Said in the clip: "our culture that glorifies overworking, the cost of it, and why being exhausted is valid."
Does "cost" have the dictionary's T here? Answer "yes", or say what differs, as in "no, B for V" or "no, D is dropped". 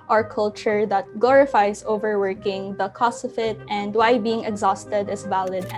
no, T is dropped